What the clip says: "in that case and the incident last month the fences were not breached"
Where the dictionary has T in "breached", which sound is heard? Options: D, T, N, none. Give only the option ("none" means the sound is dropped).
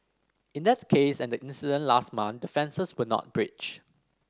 none